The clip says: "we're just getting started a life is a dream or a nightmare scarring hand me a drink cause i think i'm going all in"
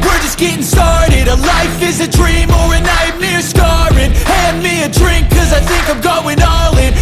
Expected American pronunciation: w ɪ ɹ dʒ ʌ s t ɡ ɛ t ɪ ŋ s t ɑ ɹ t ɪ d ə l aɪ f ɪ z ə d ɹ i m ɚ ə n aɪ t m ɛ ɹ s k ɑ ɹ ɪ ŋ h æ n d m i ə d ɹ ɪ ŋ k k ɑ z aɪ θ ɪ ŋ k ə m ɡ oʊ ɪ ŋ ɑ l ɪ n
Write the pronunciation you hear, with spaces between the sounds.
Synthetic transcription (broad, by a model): w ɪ ɹ dʒ ʌ s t ɡ ɛ t ɪ ŋ s t ɑ ɹ t ɪ d ə l aɪ f ɪ z ə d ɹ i m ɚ ə n aɪ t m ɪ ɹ s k ɑ ɹ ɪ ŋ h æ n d m i ə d ɹ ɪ ŋ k k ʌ z aɪ θ ɪ ŋ k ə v ɡ oʊ ɪ ŋ ɑ l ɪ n